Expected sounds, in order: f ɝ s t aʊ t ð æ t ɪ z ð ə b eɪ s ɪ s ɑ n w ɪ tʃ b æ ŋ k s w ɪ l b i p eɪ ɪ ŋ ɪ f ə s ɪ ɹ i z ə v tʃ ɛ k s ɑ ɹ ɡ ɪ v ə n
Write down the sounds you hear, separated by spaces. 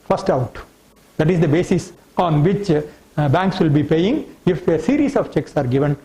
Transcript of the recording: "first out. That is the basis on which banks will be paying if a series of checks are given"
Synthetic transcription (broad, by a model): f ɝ s t aʊ t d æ t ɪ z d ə b eɪ s ɪ s ɑ n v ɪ tʃ b æ ŋ k s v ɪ l b i p eɪ ɪ ŋ ɪ f ə s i ɹ i s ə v tʃ ɛ k s ɑ ɹ ɡ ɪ v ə n